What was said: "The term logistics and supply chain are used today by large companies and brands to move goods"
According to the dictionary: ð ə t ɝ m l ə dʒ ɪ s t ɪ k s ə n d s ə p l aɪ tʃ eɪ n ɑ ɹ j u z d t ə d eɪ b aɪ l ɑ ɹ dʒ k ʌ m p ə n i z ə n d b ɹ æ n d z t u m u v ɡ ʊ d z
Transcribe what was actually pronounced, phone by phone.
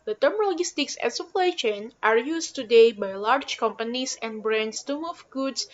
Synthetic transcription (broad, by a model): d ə t ɝ m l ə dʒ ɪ s t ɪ k s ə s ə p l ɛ ʃ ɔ n ɑ ɹ j u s t ə d eɪ b aɪ l ɑ ɹ dʒ k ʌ m p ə n i s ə n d b ɹ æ n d s t u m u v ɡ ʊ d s